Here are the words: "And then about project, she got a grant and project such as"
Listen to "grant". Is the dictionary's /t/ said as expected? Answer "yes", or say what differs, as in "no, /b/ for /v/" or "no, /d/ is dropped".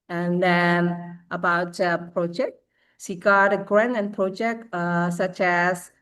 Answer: no, /t/ is dropped